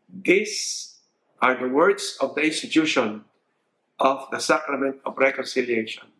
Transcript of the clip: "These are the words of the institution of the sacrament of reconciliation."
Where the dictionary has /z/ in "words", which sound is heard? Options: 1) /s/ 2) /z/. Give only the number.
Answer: 1